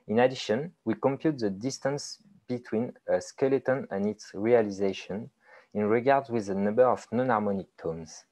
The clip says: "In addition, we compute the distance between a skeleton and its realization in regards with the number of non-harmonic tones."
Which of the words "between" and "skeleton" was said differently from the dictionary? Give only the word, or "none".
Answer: none